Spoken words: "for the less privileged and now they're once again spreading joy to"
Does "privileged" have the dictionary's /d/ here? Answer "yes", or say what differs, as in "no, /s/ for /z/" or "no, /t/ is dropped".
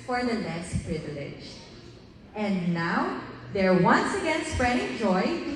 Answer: no, /d/ is dropped